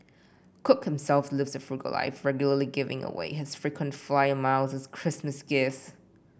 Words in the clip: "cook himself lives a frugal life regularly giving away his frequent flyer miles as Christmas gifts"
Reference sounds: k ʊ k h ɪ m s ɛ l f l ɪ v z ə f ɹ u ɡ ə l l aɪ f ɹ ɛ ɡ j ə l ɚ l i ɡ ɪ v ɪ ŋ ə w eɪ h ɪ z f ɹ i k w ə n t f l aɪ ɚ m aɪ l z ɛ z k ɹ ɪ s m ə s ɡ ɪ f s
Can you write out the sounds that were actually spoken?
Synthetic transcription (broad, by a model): k ʊ k h ɪ m s ɛ l f l ɪ v z ə f ɹ u ɡ ə l l aɪ f ɹ ɛ ɡ j l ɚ l i ɡ ɪ v ɪ ŋ ə w eɪ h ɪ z f ɹ i k w ə n t f l aɪ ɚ m aɪ l z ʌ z k ɹ ɪ s m ə s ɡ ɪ s